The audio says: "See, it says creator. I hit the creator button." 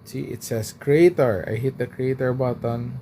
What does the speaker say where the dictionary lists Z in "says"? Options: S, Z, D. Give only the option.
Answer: S